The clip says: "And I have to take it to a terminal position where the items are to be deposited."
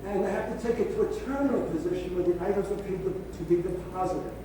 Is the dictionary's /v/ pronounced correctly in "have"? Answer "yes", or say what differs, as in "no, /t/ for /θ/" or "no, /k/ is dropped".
no, /f/ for /v/